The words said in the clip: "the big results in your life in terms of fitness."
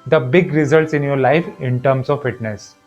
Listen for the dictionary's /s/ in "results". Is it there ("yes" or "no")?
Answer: yes